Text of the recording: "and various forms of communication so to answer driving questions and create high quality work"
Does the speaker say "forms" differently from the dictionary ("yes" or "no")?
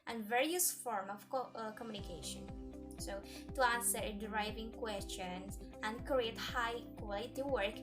yes